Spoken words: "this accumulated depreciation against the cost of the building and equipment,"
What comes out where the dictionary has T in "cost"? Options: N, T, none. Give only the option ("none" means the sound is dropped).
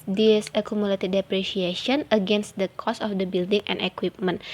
none